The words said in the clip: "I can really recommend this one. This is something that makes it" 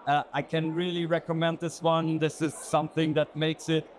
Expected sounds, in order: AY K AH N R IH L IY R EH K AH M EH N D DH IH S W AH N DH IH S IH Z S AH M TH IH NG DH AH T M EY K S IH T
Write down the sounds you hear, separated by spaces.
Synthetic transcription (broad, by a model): AY K AH N R IH L IY R EH K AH M EH N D DH IH S W AH N DH IH S IH Z S AH M TH IH NG DH AH T M EY K S IH T